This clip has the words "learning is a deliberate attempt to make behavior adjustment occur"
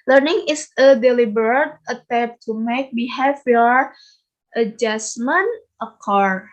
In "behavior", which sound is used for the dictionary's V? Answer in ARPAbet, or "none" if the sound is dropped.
F